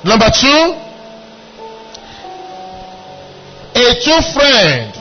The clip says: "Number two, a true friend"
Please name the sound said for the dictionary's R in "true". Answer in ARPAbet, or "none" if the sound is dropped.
none